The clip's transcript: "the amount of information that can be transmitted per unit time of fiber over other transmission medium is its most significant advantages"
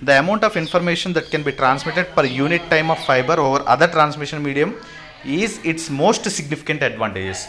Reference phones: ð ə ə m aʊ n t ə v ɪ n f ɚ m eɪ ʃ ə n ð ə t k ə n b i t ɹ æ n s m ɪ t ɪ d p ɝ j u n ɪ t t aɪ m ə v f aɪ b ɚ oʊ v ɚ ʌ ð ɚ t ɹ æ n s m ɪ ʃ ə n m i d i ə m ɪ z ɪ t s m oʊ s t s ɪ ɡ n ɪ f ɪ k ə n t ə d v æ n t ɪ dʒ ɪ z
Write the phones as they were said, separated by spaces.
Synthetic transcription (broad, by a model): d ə ə m aʊ n t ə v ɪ n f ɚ m eɪ ʃ ə n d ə t k ə n b i t ɹ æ n s m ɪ t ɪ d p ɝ j u n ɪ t t aɪ m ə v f aɪ b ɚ oʊ v ɚ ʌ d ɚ t ɹ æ n s m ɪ ʃ ə n m i d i ə m ɪ z ɪ t s m oʊ s t s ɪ ɡ n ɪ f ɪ k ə n t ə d v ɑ n t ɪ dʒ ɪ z